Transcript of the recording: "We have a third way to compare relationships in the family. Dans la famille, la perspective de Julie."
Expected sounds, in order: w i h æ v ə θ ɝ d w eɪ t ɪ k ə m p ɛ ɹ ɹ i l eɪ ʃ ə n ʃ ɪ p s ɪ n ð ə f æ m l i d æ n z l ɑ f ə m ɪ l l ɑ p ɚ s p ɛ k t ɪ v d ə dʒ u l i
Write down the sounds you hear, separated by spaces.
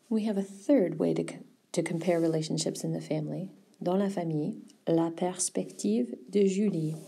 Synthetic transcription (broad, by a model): w i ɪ v ə θ ɝ d w eɪ t ɪ k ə m p ɛ ɹ ɹ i l eɪ ʃ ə n ʃ ɪ p s ɪ n ð ə f æ m l i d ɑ l ɑ f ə m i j l ɑ p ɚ s p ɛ k t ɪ v d ə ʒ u l i